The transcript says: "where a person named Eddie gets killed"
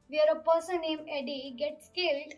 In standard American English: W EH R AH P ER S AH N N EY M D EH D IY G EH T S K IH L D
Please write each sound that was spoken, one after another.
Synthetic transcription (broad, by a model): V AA R AH P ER S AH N N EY M EH D IY G EH T S K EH L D